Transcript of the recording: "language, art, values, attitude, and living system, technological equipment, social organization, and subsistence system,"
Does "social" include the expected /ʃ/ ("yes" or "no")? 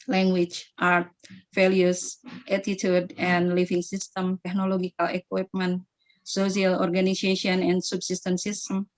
no